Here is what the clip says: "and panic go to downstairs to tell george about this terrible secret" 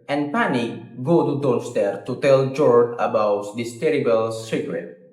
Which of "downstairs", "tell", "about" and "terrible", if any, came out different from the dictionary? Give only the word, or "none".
downstairs